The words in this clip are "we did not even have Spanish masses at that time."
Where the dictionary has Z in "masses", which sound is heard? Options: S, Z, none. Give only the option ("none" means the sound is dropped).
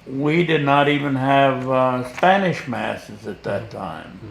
Z